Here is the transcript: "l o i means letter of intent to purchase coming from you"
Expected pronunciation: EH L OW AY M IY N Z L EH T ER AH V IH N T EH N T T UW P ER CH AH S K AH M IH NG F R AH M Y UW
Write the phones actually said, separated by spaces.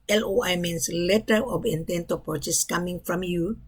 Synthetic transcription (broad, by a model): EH L OW AY M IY N S L EH T ER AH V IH N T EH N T T UW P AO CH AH S K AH M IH NG F R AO M Y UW